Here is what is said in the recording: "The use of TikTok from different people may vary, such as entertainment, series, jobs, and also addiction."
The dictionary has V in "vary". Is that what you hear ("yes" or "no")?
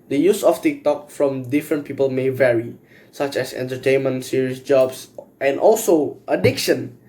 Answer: yes